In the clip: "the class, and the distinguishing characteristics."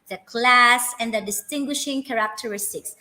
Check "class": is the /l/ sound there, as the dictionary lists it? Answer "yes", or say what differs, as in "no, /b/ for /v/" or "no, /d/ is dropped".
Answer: yes